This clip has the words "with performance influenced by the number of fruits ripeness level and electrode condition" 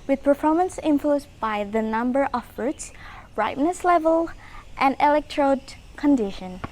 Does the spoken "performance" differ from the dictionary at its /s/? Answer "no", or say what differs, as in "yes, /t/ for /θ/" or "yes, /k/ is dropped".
no